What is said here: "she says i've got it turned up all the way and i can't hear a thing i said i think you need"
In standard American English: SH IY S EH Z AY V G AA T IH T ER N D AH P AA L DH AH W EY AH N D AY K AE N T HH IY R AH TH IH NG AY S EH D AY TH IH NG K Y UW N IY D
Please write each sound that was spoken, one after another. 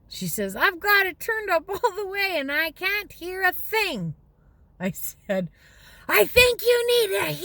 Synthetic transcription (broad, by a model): SH IY S EH Z AY V G AA T IH T ER N D AH P AA L DH AH W EY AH N AY K AE N T HH IY R AH TH IH NG AY S EH D AY TH IH NG K Y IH N IY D